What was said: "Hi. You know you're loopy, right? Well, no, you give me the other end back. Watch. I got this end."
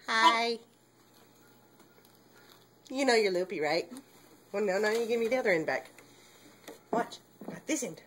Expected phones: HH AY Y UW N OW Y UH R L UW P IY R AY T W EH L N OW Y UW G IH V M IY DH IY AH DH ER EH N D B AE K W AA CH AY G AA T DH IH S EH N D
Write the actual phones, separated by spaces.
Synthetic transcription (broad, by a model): HH AY Y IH N OW Y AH R L UW P IY R AY T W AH N N OW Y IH G IH V M IY DH IY AH DH ER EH N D B AE K W AA CH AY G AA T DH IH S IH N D